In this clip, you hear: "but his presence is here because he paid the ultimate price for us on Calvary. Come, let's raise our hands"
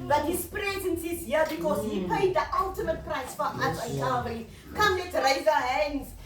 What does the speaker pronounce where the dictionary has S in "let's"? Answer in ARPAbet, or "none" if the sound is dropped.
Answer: none